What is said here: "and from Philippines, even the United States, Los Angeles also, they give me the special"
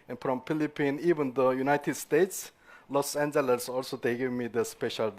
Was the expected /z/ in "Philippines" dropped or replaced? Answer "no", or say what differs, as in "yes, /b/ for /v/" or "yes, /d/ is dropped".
yes, /z/ is dropped